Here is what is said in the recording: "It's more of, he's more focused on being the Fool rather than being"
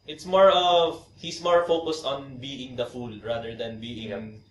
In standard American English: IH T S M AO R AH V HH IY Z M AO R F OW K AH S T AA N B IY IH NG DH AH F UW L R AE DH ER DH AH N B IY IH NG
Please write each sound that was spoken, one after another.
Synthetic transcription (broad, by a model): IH T S M AO R AH V HH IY S M AO R F OW K AH S T AA N B IY IH NG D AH F UW L R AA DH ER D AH N B IY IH NG